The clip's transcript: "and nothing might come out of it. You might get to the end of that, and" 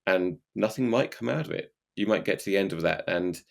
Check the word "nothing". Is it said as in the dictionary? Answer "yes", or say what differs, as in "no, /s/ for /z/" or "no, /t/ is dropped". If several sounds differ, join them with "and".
yes